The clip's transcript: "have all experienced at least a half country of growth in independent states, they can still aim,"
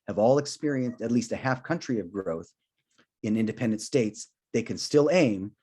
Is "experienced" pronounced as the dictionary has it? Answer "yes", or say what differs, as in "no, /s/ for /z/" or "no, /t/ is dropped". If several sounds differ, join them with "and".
yes